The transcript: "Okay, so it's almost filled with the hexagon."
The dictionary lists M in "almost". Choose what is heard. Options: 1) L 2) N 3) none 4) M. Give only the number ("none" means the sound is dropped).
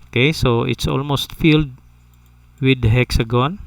4